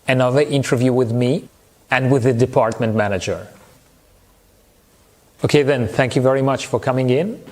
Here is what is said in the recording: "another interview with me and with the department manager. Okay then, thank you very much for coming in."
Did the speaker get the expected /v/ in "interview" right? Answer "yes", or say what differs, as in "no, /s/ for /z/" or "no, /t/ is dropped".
yes